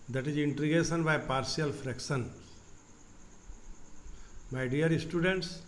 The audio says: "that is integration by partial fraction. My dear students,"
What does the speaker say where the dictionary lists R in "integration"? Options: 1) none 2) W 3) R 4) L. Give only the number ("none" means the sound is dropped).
1